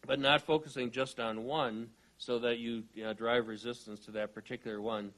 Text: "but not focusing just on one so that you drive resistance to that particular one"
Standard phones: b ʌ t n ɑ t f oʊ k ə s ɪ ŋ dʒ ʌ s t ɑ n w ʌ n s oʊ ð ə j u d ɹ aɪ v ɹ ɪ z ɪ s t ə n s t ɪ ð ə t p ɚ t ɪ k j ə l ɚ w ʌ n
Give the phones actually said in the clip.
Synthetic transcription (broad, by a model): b ʌ t n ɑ t f oʊ k ə s ɪ ŋ dʒ ʌ s t n w ʌ n s oʊ ð ə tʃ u d ɹ aɪ v ɹ ɪ z ɪ s t ə n s t ɪ ð ə t p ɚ t ɪ k j l ɚ w ʌ n